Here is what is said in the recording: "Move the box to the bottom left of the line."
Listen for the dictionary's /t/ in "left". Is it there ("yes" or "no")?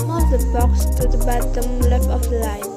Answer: no